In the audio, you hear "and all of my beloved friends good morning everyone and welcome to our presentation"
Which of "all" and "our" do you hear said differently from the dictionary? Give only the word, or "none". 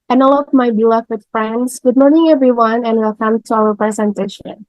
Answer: our